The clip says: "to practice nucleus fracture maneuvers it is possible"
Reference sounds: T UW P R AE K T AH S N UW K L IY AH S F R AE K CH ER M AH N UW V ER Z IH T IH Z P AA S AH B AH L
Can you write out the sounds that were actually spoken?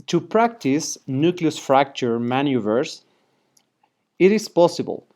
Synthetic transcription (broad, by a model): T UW P R AE K T AH S N UW K L IY AH S F R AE K CH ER M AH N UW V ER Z IH T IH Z P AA S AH B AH L